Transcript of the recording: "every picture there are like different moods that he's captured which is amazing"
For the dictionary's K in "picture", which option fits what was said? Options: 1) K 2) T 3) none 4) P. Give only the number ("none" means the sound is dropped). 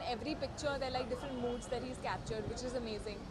1